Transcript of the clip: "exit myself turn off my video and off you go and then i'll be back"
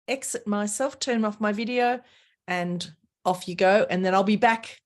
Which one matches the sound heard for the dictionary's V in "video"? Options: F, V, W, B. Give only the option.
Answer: V